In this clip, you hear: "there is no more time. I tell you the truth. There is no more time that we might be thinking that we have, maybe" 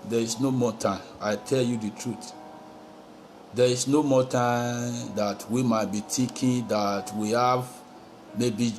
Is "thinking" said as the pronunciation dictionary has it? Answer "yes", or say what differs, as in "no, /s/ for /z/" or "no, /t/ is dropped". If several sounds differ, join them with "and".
no, /t/ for /θ/